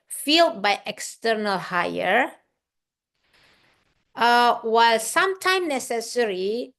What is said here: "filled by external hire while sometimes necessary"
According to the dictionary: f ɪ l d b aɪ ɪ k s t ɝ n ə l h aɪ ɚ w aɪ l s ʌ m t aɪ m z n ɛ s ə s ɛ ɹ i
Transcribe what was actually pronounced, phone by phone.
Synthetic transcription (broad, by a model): f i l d b aɪ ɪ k s t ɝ n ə l h aɪ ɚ w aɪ l s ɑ m t aɪ m n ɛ s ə s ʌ ɹ i